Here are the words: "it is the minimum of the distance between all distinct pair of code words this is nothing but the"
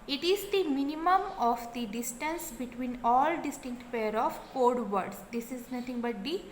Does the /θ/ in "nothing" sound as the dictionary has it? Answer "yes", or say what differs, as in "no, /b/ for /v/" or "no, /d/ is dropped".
no, /t/ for /θ/